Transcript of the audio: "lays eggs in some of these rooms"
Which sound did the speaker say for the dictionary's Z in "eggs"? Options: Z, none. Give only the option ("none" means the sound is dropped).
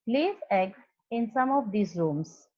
none